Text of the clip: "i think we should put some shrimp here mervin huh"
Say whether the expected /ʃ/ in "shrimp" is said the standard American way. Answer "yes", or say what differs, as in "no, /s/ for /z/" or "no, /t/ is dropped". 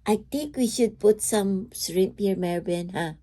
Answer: no, /s/ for /ʃ/